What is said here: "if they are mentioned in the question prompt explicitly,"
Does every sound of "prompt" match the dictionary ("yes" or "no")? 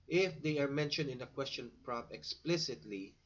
no